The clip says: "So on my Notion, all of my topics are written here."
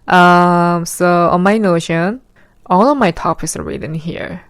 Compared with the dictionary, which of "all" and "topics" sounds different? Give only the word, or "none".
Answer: topics